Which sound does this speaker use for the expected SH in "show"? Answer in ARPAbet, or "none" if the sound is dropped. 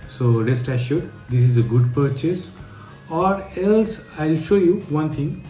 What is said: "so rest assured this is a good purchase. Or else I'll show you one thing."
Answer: SH